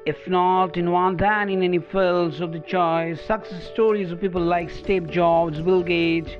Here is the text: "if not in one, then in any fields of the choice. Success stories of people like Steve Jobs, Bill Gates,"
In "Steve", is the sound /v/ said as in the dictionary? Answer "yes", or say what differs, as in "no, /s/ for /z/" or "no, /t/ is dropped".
no, /p/ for /v/